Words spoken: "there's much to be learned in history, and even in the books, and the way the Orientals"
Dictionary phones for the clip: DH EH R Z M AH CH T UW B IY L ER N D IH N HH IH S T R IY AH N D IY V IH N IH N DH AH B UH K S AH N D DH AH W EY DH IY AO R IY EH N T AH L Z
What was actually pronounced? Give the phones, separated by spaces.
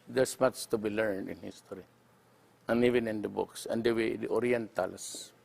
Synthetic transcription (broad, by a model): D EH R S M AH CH T UW B IY L ER N D IH N HH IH S T R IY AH N IY V IH N IH N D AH B UH K S AH N D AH W EY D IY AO R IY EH N T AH L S